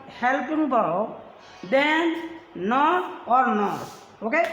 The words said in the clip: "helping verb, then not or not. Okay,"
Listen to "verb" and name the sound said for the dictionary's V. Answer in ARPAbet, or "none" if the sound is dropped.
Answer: B